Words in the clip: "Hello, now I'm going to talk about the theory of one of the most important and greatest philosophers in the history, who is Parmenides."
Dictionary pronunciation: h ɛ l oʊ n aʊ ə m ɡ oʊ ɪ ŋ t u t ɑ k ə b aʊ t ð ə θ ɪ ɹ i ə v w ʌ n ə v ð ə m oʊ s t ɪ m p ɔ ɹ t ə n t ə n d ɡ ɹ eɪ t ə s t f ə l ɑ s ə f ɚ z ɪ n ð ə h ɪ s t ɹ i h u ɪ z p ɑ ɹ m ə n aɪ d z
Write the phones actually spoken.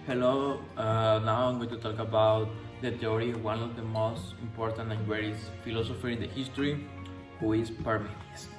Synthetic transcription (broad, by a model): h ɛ l oʊ n aʊ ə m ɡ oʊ t u t ɑ k ə b aʊ t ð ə t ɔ ɹ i w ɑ n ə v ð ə m oʊ s t ɪ m p ɔ ɹ t ə n t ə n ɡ w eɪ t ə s f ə l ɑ s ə f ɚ ɪ n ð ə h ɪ s t ɹ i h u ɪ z p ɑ ɹ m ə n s